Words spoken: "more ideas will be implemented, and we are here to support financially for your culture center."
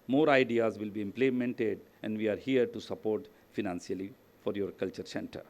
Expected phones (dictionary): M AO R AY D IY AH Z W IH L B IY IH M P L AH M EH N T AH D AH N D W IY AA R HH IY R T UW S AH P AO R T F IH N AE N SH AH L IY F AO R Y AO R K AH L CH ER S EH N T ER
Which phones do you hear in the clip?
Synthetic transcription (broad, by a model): M AO R AY D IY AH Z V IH L B IY IH M P L AH M EH N T AH D AH N D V IY AA R HH IY R T UW S AH P AO R T F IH N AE N S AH L IY F AO R Y AO R K AH L CH ER S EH N T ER